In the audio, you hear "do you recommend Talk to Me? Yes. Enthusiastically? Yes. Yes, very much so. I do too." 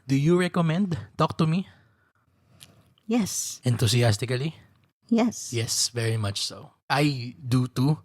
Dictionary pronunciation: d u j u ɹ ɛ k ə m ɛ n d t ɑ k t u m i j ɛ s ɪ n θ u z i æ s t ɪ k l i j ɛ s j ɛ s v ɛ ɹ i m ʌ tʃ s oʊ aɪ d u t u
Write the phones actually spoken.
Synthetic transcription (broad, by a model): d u j u ɹ ɛ k ə m ɛ n d t ɑ k t u m i j ɛ s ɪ n t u s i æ s t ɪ k l i j ɛ s j ɛ s v ɛ ɹ i m ʌ tʃ s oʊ aɪ d u t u